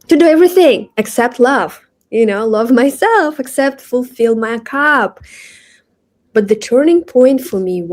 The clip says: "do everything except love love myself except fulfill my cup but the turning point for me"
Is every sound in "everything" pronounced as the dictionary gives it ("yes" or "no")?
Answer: yes